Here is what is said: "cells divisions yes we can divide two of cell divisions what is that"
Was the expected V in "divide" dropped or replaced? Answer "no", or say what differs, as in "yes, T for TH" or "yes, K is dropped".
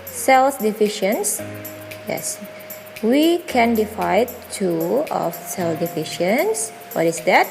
yes, F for V